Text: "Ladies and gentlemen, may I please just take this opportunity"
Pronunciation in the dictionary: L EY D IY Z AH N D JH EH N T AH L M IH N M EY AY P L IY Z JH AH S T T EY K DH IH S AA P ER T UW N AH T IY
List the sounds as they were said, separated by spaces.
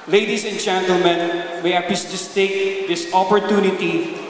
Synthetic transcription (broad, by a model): L EY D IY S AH N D JH EH N T AH L M IH N M EY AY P IY S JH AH S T T EY K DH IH S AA P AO T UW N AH T IY